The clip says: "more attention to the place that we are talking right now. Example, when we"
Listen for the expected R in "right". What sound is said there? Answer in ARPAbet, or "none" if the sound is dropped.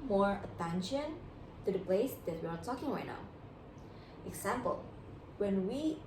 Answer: W